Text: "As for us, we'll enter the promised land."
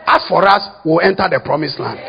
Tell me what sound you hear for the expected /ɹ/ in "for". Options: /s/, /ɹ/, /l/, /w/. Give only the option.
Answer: /ɹ/